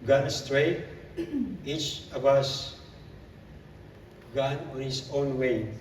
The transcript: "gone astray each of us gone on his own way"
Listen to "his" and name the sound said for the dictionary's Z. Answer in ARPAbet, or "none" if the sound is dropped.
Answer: S